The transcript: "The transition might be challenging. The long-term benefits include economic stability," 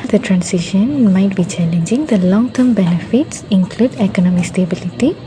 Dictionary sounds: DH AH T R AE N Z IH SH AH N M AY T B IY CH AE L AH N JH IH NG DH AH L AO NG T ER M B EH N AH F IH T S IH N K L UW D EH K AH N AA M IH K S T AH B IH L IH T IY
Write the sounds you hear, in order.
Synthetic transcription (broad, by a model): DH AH T R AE N S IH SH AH N M AY T B IY CH AE L AH N JH IH NG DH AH L AO NG T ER M B EH N AH F IH T S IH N K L UW D EH K AH N AA M IH K S T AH B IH L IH T IY